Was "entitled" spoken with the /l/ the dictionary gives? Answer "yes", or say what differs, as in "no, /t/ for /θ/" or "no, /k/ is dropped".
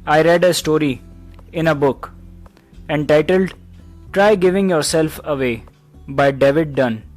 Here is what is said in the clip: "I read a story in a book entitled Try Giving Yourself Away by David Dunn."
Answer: yes